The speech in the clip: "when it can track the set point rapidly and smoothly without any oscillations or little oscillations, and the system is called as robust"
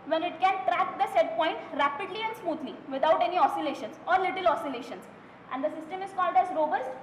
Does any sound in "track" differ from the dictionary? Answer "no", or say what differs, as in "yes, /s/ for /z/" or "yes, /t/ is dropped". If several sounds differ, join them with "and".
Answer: no